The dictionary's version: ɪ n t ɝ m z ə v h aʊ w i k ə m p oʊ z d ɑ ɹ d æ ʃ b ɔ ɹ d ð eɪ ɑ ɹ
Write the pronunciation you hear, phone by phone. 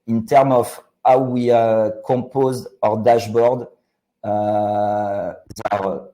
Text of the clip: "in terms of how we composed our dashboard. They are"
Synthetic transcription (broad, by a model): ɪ n t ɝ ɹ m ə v h aʊ w i k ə p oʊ z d ɑ ɹ d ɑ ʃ b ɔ ɹ d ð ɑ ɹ